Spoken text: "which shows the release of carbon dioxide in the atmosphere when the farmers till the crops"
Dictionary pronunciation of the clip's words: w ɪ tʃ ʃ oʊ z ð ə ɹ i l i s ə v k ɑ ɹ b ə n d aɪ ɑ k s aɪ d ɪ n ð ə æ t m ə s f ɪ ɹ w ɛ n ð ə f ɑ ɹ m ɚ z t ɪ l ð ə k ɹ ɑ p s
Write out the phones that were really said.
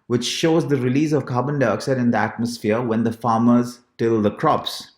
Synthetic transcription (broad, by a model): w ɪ tʃ ʃ oʊ z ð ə ɹ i l i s ə v k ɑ b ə n d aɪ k s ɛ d ɪ n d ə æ t m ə s f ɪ ɹ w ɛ n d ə f ɑ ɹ m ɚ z t ɪ l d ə k ɹ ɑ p s